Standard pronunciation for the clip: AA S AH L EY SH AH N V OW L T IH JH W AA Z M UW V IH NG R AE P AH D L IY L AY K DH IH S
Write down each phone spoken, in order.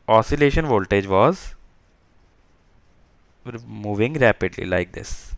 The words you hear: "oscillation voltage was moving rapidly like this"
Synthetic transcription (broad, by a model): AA S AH L EY SH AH N V OW L T IH JH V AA Z M UW V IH NG R AE P AH D L IY L AY K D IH S